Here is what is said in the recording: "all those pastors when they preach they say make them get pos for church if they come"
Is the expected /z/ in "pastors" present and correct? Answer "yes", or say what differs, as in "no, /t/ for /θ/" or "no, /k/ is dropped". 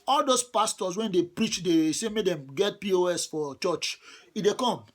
no, /s/ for /z/